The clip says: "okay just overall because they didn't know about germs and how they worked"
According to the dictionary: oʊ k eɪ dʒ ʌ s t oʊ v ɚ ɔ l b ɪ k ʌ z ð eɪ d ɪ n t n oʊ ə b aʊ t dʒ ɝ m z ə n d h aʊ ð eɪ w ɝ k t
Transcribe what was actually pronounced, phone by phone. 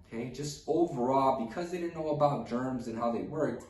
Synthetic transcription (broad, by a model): k eɪ dʒ ʌ s t oʊ v ɚ ɔ b ɪ k ʌ z ð eɪ d ɪ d n oʊ ə b aʊ t dʒ ɝ m z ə n h aʊ ð eɪ w ɝ k t